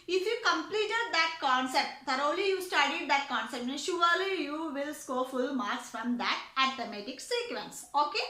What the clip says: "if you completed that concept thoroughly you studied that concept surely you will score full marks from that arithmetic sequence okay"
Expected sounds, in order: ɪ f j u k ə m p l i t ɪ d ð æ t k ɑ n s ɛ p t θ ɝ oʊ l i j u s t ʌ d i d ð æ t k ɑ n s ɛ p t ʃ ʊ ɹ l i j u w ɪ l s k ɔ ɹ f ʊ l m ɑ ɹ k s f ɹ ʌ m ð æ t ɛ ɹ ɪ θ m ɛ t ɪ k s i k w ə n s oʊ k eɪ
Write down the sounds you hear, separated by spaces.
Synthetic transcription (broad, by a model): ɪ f j u k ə m p l i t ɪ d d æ t k ɑ n s ɛ p t t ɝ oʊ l i j u s t ʌ d i d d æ t k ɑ n s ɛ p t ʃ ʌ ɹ l i j u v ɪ l s k ɔ f ʊ l m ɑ ɹ s f ɹ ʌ m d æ t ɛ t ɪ m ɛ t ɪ k s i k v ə n s oʊ k eɪ